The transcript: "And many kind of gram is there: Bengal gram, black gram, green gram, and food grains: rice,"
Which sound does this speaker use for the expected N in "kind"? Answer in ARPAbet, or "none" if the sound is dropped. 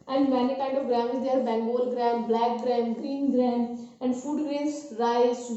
none